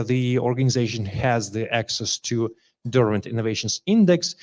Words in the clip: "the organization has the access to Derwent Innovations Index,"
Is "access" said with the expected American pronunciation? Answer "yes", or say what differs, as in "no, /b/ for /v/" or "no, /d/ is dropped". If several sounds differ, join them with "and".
yes